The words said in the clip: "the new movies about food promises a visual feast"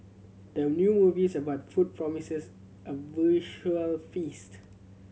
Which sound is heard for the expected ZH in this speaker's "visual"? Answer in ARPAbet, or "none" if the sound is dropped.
SH